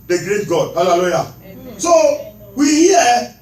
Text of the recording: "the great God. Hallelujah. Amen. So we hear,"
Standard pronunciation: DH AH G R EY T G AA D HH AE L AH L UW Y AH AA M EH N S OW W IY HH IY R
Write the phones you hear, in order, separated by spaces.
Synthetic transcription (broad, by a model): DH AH G R EY T G AA D HH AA L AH L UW Y AA S OW W IY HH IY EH